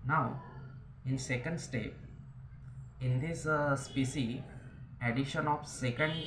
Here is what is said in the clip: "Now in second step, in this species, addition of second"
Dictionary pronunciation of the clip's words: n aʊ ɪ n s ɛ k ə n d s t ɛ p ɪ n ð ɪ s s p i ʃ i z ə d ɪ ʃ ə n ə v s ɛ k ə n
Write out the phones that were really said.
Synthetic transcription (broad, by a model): n aʊ ɪ n s ɛ k ə n d s t ɛ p ɪ n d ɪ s s p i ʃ i ə d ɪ ʃ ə n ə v s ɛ k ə n